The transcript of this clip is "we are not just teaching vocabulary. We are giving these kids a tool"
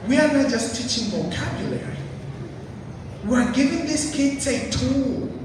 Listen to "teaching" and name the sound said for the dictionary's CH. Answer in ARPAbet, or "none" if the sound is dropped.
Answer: CH